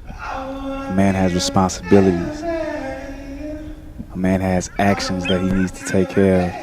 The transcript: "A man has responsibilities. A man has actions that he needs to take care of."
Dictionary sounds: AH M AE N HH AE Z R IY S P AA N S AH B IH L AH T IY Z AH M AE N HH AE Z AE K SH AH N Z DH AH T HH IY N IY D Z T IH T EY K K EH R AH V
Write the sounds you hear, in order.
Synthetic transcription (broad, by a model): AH M AE N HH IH Z R IY S P AA N S AH B IH L AH T IY Z AH M AE N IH Z AE K SH AH N Z DH AH T HH IY N IY D Z T IH T EY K K EH R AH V